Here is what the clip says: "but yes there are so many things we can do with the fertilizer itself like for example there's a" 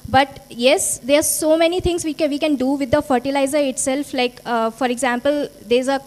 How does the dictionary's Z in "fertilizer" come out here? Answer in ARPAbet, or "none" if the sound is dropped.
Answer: Z